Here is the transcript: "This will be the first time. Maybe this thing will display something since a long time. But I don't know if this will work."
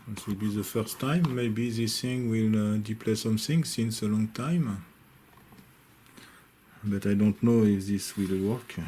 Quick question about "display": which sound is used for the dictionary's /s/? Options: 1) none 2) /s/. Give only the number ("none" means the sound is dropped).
1